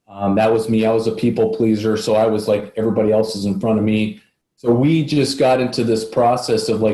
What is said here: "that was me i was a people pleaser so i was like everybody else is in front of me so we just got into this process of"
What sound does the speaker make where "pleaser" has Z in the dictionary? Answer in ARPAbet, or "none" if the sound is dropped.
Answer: Z